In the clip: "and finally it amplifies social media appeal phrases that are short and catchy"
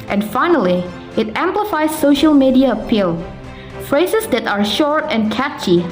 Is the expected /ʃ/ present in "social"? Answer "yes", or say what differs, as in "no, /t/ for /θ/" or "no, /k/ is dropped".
yes